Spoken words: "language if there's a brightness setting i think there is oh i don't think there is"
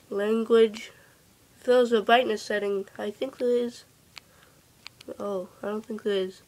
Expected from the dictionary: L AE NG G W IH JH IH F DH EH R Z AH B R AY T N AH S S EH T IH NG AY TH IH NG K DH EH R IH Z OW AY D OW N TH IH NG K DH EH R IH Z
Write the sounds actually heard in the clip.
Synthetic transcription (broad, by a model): L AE NG G W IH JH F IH L Z AH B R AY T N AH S S EH T IH NG AY TH IH NG K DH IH IH Z OW AY D OW N TH IH NG K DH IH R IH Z